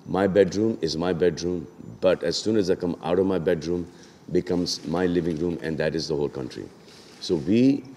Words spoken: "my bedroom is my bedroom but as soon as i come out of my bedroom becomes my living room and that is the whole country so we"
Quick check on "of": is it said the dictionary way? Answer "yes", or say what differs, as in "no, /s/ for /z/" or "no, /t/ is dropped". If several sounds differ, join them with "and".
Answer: yes